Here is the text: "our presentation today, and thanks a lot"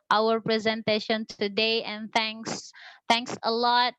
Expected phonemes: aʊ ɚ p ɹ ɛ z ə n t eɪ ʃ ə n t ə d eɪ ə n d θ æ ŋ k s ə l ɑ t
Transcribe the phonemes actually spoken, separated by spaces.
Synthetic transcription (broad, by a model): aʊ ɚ p ɹ ɛ z ə n t eɪ ʃ ə n t ə d eɪ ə n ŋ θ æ ŋ k s ə l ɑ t